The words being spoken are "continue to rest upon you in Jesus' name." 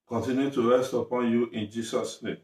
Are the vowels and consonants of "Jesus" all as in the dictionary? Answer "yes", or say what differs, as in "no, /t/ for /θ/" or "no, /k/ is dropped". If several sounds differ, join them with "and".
no, /s/ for /z/